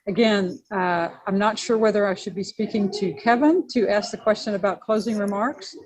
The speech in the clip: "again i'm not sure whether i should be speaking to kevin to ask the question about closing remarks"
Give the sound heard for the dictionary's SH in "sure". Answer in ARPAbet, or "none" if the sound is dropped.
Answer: SH